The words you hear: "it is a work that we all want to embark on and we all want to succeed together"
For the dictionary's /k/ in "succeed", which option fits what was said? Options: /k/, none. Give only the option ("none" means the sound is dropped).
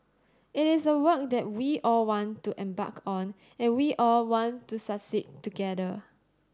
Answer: none